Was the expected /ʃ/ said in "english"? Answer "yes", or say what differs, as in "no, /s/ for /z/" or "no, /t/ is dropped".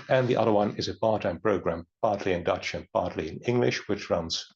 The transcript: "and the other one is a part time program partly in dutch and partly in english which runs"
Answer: yes